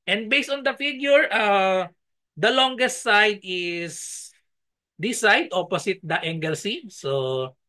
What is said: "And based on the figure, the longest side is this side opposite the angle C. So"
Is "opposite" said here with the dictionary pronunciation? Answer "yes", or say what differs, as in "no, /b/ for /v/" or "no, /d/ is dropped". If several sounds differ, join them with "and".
no, /s/ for /z/